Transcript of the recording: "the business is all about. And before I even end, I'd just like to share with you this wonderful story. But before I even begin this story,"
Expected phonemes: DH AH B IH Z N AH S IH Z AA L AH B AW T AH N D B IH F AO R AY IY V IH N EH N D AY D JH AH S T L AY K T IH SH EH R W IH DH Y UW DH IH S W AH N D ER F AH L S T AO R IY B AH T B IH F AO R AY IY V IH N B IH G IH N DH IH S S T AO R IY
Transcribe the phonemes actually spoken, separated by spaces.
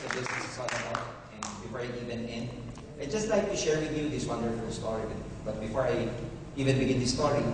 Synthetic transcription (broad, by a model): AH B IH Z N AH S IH S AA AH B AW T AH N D B IH F AO R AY IY V IH N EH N AY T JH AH S T L AY K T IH SH EH R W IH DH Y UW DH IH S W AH N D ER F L S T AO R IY B AH T B IH F AO R AY IY V IH N B IH G IH N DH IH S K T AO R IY